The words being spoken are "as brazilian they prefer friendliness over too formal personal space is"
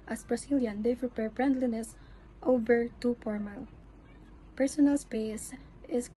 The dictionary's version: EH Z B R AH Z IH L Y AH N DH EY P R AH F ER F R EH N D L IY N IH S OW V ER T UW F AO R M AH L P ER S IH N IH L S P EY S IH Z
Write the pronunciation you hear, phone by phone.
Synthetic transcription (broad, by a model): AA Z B R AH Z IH L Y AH N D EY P R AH P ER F R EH N D L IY N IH S OW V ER T UW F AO R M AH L P ER S IH N IH L S P EY S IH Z